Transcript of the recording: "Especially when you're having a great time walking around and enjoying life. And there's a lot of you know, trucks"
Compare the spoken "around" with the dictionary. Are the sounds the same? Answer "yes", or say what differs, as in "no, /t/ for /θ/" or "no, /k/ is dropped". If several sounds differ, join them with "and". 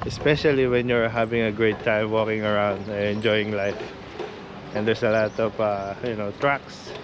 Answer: no, /n/ is dropped